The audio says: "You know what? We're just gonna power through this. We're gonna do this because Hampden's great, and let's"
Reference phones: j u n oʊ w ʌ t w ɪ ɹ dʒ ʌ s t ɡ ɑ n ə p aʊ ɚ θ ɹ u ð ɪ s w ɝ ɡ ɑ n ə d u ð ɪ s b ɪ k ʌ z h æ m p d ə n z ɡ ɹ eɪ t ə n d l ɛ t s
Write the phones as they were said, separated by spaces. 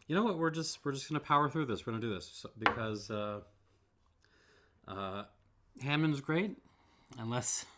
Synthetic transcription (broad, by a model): j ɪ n oʊ w ʌ t w ɪ ɹ dʒ ʌ s t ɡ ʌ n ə p aʊ ɚ θ ɹ u ð ɪ s w ɝ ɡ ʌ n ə d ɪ ð ɪ s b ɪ k ʌ z h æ m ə n z ɡ ɹ eɪ t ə n l ɛ s